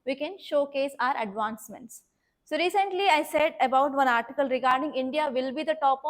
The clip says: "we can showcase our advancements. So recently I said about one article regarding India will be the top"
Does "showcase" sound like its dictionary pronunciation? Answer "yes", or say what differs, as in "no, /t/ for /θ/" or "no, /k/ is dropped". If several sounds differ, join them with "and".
yes